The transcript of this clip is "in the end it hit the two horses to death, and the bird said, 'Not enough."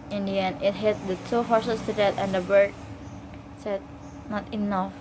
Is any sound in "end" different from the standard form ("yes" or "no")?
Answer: yes